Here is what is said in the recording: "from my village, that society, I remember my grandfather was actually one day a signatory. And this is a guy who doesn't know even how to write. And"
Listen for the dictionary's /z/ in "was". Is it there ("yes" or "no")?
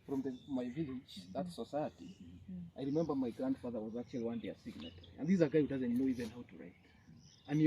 yes